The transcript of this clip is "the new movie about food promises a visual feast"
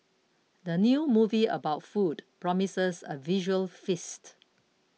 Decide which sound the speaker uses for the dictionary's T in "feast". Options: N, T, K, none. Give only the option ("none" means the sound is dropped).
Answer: T